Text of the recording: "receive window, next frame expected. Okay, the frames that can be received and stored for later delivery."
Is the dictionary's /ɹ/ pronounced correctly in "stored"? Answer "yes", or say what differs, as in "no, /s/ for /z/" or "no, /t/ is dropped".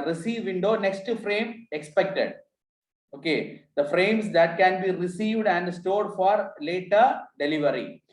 yes